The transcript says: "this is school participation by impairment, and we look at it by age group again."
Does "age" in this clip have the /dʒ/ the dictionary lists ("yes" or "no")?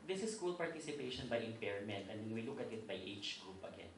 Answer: no